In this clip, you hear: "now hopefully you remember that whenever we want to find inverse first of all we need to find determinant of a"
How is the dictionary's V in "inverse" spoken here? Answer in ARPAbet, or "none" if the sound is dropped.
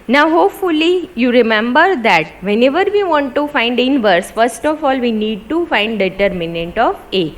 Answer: V